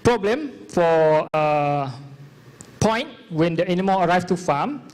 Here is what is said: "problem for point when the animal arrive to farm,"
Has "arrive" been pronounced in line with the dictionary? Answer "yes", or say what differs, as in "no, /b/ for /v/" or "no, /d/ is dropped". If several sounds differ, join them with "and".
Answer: no, /f/ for /v/